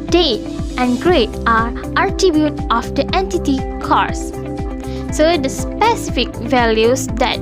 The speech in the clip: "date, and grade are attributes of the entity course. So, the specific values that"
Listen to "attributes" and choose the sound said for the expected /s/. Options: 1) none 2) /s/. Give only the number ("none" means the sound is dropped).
1